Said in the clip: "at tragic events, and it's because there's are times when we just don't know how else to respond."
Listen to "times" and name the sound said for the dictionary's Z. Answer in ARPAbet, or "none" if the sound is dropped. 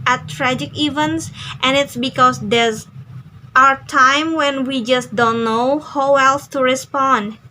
none